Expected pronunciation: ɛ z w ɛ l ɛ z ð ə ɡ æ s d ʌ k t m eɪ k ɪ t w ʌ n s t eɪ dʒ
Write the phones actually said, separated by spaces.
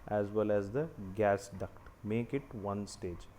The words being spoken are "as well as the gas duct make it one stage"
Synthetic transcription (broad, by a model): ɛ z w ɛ l ɛ z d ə ɡ æ s d ʌ k t m eɪ k ɪ t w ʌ n s t eɪ dʒ